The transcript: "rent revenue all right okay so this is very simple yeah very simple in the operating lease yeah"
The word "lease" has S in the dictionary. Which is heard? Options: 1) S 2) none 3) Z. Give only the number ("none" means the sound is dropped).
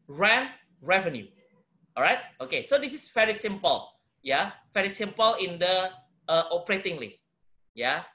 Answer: 2